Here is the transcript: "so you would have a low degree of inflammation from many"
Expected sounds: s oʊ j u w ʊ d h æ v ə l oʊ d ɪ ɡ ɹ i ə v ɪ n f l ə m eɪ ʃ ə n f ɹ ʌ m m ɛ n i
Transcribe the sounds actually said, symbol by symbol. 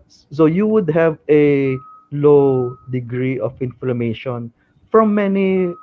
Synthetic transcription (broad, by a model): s oʊ j u w ʊ d h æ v ə l oʊ d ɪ ɡ ɹ i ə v ɪ n f l ə m eɪ ʃ ə n f ɹ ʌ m m ɛ n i